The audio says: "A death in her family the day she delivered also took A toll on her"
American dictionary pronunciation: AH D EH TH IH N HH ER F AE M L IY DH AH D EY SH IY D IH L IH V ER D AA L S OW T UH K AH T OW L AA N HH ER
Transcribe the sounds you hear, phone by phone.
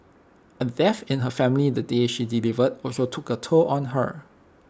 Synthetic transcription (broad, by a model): AH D EH F IH N HH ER F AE M L IY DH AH D EY SH IY D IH L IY V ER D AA S OW T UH K AH T OW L AA N HH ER